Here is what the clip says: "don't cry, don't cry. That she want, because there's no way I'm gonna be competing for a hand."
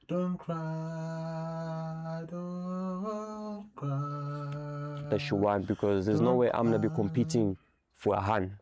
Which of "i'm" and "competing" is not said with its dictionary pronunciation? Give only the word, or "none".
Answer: none